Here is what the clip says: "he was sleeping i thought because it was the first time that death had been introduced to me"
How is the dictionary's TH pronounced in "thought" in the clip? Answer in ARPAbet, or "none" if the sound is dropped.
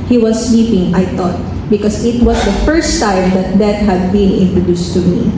T